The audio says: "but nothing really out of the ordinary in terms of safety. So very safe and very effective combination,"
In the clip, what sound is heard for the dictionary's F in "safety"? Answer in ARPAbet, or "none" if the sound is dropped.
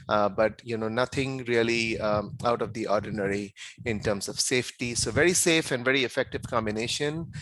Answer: F